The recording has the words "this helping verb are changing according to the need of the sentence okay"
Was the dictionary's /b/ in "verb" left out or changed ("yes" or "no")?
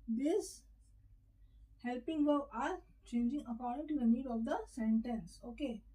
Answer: yes